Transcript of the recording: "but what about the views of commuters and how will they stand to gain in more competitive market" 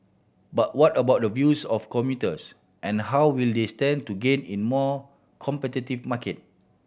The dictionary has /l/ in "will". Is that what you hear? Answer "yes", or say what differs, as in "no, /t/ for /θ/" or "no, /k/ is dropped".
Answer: yes